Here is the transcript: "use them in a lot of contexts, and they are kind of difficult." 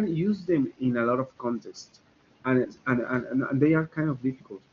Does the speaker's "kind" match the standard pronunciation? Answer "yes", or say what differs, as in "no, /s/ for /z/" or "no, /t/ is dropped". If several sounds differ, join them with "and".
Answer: yes